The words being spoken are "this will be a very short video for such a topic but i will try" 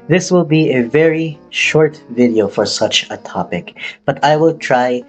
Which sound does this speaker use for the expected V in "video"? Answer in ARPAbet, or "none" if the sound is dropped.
V